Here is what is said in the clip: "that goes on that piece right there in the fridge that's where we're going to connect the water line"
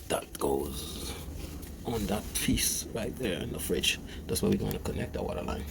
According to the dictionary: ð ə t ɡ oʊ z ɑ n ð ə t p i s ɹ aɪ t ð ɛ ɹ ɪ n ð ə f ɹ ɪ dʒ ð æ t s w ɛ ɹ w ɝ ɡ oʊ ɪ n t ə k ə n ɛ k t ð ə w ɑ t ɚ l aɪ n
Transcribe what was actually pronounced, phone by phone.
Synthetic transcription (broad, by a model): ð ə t ɡ oʊ z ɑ n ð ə t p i s ɹ aɪ t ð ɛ ɹ ɪ n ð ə f ɹ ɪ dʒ ð æ t s w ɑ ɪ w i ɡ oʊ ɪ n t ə k ə n ɛ k t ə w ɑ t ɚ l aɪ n